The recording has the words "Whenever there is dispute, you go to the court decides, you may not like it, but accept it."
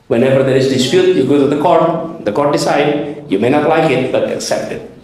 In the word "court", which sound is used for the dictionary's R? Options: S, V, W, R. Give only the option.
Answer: R